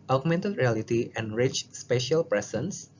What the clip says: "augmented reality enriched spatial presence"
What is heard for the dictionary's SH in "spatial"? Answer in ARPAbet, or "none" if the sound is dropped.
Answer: SH